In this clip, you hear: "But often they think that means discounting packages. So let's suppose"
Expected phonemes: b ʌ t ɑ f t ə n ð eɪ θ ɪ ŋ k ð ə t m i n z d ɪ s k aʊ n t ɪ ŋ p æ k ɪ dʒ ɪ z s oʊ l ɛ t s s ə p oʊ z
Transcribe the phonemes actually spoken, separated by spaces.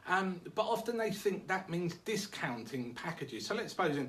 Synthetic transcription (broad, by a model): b ʌ t ɑ f t ə n ð eɪ θ ɪ ŋ k ð ə t m i n z d ɪ s k aʊ n t ɪ ŋ p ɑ k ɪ dʒ ɪ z s oʊ l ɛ t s s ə p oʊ z